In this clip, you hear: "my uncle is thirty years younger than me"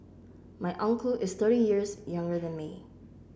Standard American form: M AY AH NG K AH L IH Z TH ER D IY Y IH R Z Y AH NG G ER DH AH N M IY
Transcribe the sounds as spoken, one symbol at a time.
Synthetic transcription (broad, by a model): M AY AH NG K AH L IH Z TH ER D IY Y IH R Z Y AH NG G ER DH AH N M IY